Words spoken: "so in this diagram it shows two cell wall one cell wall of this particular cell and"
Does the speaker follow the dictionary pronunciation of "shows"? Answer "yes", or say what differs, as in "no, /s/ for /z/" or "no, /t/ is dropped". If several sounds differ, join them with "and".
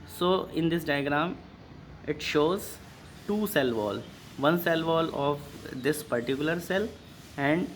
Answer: yes